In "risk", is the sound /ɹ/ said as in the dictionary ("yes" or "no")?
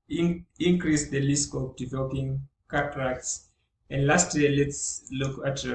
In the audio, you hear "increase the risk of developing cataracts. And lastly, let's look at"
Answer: no